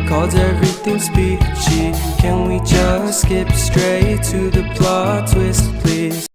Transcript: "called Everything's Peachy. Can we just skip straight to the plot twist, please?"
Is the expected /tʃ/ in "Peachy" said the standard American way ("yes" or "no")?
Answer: no